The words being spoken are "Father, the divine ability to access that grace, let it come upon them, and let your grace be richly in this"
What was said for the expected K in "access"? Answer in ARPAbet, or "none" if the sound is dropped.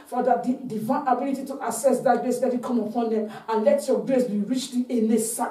none